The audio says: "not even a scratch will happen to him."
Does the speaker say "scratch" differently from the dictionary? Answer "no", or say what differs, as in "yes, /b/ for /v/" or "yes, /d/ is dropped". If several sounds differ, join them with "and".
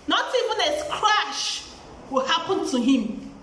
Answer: yes, /ʃ/ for /tʃ/